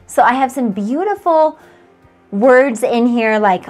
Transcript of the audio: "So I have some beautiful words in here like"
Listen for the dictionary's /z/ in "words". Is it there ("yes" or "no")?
yes